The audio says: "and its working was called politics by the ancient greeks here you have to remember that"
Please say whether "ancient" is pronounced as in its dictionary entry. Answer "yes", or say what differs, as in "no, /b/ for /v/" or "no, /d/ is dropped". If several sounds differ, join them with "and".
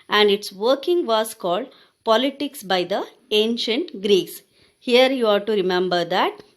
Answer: yes